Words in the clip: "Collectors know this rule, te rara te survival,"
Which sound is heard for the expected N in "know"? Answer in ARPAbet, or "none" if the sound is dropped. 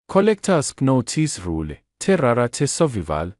N